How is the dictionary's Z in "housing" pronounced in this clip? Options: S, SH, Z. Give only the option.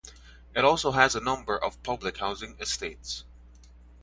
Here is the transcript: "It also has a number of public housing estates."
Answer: Z